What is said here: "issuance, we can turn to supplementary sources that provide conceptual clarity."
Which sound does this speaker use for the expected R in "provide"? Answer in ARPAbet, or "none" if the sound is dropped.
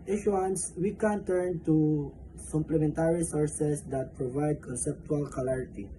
R